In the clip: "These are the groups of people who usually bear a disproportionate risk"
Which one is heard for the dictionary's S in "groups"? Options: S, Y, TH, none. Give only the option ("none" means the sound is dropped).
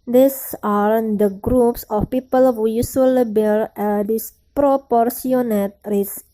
S